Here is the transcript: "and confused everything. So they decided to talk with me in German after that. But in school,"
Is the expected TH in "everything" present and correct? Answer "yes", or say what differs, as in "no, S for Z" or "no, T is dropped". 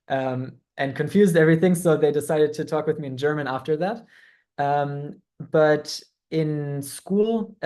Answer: yes